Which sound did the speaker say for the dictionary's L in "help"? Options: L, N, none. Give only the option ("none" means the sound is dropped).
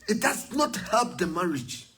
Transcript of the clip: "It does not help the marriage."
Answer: L